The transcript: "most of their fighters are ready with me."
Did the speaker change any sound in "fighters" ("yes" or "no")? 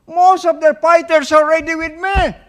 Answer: yes